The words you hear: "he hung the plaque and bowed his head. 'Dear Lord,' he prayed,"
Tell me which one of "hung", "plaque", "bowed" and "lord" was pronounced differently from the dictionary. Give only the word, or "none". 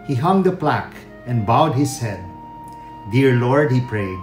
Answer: none